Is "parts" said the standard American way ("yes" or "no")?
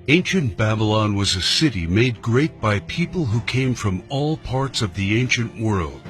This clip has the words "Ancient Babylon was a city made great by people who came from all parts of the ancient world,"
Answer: yes